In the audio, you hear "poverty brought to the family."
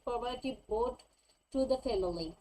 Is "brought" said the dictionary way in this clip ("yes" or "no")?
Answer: no